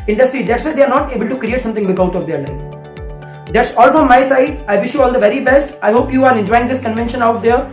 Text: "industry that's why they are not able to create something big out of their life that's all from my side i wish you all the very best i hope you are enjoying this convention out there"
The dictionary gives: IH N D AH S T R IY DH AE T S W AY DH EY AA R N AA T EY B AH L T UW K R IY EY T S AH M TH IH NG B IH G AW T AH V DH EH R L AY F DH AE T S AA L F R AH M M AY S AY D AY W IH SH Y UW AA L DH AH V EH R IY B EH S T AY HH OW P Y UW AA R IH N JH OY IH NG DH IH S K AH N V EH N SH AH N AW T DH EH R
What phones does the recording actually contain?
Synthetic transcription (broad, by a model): IH N D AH S T R IY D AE T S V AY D EY AA R N AA T EY B AH L T UW K R IY EY T S AH M T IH NG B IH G AW T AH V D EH R L AY F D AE T S AA L F R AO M M AY S AY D AY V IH SH Y UW AA L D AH V EH R IY B EH S T AY HH OW P Y UW AA R IH N JH OY IH NG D IH S K AH N V EH N SH AH N AW T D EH R